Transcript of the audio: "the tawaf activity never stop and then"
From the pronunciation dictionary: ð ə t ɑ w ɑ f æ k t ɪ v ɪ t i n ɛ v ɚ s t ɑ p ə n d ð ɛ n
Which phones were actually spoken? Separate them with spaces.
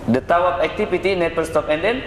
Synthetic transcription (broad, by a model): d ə t ɑ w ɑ p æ k t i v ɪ t i n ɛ p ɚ s t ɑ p ə n d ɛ n